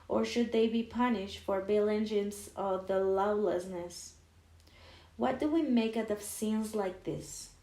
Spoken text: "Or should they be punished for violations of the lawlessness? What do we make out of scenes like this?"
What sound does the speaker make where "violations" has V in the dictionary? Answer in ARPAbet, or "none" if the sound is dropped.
B